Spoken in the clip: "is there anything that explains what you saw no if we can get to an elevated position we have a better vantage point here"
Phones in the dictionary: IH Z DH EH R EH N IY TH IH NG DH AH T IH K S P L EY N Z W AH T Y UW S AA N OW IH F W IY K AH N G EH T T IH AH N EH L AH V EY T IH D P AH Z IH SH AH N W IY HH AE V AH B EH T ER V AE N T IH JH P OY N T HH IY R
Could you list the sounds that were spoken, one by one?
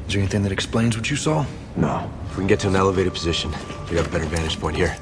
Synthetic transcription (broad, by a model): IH Z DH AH R EH N IY TH IH NG DH AH T IH K S P L EY N Z W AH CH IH S AA N OW IH F W IY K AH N G EH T T IH AH N EH L AH V EY T IH D P AH Z IH SH AH N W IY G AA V AH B EH T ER V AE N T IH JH P OY N T HH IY R